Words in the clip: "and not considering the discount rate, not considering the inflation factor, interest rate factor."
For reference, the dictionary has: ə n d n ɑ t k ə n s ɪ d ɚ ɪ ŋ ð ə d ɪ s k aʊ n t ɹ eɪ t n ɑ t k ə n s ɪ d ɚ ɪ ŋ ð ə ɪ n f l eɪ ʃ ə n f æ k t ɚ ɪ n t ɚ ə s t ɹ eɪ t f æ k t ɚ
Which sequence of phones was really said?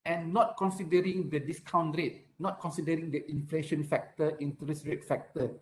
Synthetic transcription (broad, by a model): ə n n ɑ t k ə n s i d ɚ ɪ ŋ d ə d ɪ s k aʊ n t ɹ eɪ t n ɑ t k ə n s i d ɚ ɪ ŋ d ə ɪ n f l eɪ ʃ ə n f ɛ k t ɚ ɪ n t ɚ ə s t ɹ eɪ t f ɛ k t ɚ